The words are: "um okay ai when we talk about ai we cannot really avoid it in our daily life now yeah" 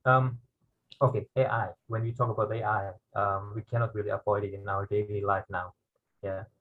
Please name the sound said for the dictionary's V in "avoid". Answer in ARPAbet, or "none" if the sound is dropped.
P